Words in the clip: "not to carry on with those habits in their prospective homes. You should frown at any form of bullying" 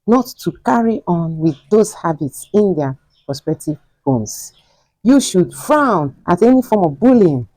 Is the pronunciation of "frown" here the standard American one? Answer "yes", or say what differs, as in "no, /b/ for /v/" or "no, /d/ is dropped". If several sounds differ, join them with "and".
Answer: yes